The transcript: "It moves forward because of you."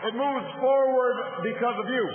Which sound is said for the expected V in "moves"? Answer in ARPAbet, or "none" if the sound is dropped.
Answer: V